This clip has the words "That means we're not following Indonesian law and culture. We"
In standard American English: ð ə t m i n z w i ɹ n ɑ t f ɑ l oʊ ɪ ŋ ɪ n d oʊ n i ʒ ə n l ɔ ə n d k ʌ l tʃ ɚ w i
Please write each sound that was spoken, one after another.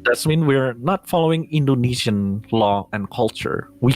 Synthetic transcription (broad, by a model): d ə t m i n w i ɹ n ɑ t f ɑ l oʊ ɪ ŋ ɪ n d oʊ n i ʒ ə n l ɔ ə n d k ʌ l tʃ ɚ w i